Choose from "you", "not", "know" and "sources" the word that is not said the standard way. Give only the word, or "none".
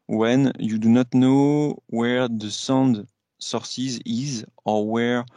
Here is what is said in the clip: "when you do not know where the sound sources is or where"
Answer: none